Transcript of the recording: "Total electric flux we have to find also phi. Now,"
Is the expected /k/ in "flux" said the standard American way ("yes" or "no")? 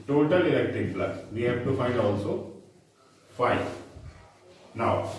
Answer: no